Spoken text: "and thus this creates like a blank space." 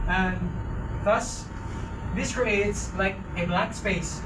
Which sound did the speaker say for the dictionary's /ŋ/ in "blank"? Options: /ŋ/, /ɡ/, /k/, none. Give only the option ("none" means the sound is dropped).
none